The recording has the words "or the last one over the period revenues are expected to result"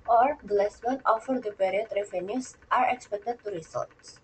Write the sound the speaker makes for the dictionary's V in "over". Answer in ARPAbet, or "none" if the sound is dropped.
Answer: F